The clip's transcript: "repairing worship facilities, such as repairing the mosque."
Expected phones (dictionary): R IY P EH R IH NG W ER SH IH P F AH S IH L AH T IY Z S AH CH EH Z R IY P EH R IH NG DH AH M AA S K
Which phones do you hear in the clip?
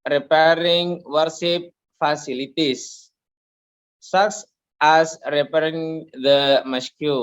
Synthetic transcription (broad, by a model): R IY P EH R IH NG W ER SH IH P F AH S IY L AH T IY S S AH S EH S R IY P EH R IH NG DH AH M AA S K